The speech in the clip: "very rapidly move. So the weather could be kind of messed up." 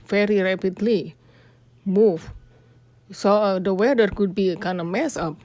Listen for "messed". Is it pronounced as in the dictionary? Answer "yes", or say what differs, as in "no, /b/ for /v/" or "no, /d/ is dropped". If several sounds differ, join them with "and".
no, /t/ is dropped